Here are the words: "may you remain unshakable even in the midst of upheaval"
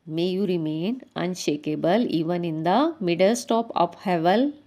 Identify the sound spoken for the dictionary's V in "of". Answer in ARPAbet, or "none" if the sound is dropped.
P